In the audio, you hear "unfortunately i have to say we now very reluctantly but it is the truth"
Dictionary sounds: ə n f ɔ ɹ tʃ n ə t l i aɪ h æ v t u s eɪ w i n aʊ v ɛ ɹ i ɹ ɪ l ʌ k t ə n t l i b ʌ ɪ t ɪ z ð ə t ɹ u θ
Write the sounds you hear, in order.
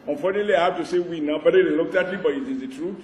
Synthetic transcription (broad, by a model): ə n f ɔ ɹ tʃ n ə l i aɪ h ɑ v t u s eɪ w i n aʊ b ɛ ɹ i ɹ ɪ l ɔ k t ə t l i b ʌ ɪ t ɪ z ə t ɹ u